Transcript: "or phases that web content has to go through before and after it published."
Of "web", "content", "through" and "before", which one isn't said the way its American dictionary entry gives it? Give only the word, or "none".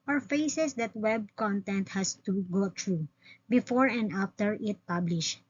through